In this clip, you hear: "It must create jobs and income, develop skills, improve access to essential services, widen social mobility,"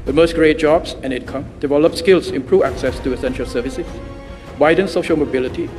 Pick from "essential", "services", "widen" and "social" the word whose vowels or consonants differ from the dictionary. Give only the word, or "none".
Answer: services